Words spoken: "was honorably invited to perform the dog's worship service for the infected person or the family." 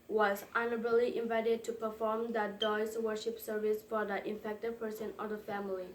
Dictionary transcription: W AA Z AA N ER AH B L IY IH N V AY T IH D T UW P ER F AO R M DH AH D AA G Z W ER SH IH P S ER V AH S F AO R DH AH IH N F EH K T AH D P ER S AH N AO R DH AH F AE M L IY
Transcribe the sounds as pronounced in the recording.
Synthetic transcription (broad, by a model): W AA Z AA N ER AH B L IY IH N V AY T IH D T UW P ER F AO R M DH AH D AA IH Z W ER SH IH P S ER V AH S F AO R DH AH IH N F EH K T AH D P ER S AH N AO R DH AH F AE M L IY